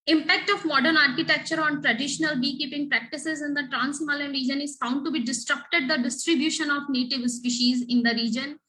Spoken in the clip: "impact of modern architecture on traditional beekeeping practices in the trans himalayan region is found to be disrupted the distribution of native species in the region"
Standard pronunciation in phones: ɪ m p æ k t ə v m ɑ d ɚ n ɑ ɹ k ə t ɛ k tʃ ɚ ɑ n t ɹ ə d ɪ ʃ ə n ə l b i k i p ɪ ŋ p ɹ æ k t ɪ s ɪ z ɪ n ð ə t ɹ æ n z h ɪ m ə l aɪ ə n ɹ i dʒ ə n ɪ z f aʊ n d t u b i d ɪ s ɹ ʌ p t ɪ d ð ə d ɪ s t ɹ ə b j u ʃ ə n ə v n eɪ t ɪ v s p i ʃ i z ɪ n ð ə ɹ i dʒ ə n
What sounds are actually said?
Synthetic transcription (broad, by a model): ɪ m p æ k t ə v m ɑ d ɚ n ɑ ɹ k ə t ɛ k tʃ ɚ ɑ n t ɹ ə d ɪ ʃ ə n ə l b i k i p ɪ ŋ p ɹ æ k t ɪ s ɪ z ɪ n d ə t ɹ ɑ n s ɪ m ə l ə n ɹ i dʒ ə n ɪ z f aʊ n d t u b i d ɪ s ɹ ʌ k t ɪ d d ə d ɪ s t ɹ ə b j u ʃ ə n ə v n eɪ t ɪ v s p i ʃ i z ɪ n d ə ɹ i dʒ ə n